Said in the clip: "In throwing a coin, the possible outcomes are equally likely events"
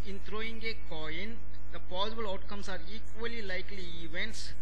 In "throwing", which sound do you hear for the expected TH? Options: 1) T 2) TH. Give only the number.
1